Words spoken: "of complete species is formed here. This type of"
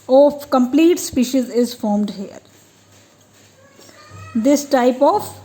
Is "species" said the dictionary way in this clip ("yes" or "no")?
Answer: yes